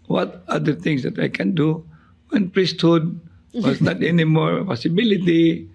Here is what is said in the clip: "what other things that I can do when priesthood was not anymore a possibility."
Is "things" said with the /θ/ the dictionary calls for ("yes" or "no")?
no